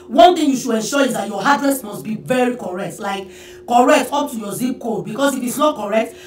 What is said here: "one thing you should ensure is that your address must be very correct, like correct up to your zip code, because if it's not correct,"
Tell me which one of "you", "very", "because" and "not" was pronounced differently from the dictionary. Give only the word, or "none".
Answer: because